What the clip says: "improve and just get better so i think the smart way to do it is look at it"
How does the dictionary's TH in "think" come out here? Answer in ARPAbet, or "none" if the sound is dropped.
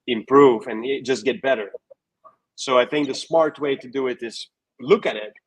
TH